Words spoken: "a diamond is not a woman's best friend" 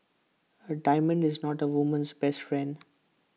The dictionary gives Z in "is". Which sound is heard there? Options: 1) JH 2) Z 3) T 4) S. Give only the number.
2